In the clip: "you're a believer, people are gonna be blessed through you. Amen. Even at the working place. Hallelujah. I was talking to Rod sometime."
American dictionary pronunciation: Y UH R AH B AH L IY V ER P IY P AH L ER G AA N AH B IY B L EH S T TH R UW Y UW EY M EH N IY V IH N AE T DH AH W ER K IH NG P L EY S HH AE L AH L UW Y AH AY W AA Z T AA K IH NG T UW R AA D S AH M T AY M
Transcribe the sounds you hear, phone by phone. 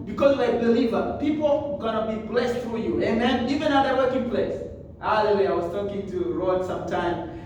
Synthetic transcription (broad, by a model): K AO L AH B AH L IY V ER P IY P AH L G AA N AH B IY B L EH S T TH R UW Y UW EY M EH N IY V IH N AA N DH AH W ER K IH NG P L EY S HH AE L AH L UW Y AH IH W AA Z T AA K IH NG T UW R AA D S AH M T AY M